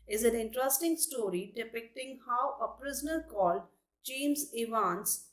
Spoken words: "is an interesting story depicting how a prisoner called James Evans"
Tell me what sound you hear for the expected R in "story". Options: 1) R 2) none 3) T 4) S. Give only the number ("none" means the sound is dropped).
1